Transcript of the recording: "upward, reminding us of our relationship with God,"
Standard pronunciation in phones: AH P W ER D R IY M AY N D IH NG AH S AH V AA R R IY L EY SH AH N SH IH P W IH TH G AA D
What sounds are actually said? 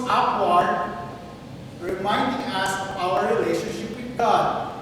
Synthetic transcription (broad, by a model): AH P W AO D R IY M AY N D IH NG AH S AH W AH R R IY L EY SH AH N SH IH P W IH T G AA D